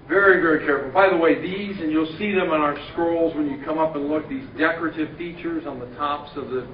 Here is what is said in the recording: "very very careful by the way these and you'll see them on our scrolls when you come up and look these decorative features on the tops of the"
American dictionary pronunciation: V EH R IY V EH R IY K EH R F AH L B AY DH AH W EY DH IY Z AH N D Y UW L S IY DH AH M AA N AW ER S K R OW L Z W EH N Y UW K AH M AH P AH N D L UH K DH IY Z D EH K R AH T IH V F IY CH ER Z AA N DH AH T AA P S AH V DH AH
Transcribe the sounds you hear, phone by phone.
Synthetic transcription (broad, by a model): V EH R IY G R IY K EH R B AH B AY DH AH W EY DH IY Z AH N Y UW L S IY DH AH M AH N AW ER S K R OW L Z W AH N Y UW K AH M AH P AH N L UH K DH IY Z D EH K R AH T IH V F IY CH ER Z N DH AH T AA P S AH V DH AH